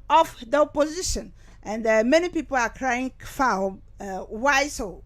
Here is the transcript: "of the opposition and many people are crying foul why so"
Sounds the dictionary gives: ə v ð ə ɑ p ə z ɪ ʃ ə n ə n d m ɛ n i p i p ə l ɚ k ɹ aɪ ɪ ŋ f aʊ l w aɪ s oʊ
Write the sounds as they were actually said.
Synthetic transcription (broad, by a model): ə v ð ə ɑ p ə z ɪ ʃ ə n ə n d m ɛ n i p i p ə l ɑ k ɹ aɪ ɪ ŋ f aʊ w aɪ s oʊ